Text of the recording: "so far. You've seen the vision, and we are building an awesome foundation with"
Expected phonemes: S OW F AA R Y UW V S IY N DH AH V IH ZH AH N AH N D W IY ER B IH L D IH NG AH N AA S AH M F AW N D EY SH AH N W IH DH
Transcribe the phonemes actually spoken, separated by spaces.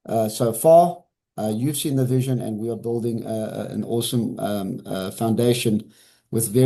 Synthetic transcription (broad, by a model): S OW F AA R Y UW V S IY N DH AH V IH ZH AH N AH N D W IY ER B IH L D IH NG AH N AA S AH M F AW N D EY SH AH N W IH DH